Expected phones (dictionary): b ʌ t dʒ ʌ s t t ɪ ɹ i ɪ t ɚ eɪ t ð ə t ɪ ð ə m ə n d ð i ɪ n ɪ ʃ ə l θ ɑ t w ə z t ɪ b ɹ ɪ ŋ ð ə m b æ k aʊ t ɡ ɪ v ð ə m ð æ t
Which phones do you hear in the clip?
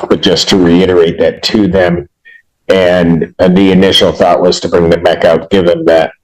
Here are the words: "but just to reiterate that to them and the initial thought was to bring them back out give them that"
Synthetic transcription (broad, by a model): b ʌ t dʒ ʌ s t t ɪ ɹ i ɪ t ɚ eɪ t ð ə t ɪ ð ə m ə n ð i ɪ n ɪ ʃ l θ ɑ t w ə z t ɪ b ɹ ɪ ŋ ð ə m b æ k aʊ t ɡ ɪ v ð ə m ð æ t